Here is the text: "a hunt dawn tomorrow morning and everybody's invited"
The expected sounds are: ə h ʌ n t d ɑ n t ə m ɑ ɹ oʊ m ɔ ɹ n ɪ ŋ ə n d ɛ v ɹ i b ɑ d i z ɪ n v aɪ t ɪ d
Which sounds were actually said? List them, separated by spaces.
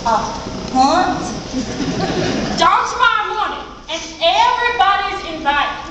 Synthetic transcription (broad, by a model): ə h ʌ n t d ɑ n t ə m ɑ oʊ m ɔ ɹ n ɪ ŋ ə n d ɛ v ɹ i b ɑ d i z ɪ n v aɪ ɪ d